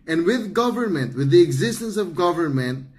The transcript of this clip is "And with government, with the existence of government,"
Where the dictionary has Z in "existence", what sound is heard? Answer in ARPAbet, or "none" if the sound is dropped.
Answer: Z